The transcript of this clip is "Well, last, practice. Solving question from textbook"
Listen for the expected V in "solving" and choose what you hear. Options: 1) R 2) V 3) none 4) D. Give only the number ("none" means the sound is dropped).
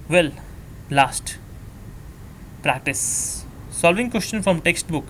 2